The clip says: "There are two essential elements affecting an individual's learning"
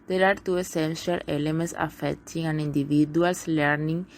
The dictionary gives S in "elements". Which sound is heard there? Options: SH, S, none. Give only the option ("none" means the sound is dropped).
S